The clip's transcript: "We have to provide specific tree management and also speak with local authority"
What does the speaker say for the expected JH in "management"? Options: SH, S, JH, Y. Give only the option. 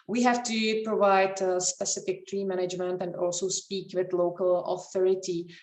JH